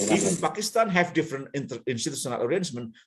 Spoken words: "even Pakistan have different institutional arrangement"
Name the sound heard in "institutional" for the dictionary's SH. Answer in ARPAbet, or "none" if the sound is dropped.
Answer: S